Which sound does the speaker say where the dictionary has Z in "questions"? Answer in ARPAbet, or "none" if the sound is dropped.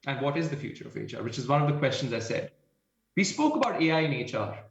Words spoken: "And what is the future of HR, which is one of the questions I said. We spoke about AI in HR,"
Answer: Z